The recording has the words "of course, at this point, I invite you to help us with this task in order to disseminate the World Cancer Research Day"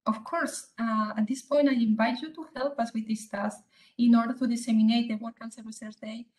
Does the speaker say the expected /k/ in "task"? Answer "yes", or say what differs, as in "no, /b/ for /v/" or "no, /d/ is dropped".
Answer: no, /k/ is dropped